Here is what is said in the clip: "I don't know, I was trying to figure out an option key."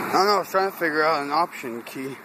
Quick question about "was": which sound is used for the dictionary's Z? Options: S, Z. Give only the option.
S